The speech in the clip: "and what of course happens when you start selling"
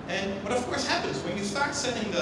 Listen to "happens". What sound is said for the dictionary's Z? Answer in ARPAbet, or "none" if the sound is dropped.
Z